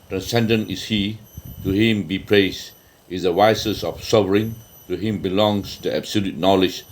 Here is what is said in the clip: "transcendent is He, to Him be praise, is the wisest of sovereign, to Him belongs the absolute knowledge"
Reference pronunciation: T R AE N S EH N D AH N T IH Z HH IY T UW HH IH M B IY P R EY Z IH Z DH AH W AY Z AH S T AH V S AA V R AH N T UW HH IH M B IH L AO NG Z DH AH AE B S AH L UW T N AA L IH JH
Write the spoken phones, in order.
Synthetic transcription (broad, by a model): T R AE N S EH N D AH N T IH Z HH IY T UW HH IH M B IY P R EY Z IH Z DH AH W AY S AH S AH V S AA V R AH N T UW HH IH M B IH L AO NG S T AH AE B S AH L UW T N AA L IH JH